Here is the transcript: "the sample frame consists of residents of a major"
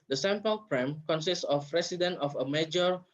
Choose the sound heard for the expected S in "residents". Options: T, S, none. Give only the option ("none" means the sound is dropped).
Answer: none